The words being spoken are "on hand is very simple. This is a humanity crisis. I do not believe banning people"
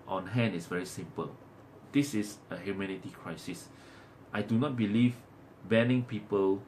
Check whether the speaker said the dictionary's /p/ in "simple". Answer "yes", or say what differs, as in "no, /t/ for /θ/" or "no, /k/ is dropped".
yes